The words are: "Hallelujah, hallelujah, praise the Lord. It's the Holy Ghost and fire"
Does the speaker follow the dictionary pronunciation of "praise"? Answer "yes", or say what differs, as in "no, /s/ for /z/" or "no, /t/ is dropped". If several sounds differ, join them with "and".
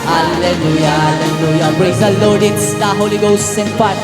no, /b/ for /p/